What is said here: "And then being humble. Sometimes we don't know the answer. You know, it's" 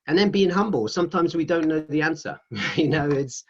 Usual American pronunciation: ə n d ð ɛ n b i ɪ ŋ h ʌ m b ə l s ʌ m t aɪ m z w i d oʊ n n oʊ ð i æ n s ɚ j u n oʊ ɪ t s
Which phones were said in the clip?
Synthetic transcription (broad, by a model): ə n ð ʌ n b i ɪ ŋ h ʌ m b ə l s ʌ m t aɪ m z w i d oʊ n n oʊ ð i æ n s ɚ j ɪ n oʊ ɪ t s